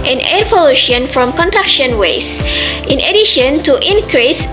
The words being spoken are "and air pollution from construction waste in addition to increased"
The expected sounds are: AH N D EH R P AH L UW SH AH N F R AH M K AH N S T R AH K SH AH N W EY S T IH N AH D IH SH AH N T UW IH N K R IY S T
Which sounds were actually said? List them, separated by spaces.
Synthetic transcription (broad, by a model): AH N EH R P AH L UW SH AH N F R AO M K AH N T R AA K SH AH N W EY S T IH N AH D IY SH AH N T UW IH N K R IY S